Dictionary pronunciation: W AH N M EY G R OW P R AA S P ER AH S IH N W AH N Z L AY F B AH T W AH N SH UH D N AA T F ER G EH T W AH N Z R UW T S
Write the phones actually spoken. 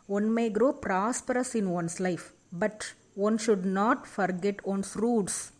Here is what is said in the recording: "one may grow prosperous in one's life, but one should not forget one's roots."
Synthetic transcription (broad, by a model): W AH N M EY G R OW P R AA S P ER AH S IH N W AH N S L AY F B AH T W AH N SH UH D N AA T F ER G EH T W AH N S R UW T S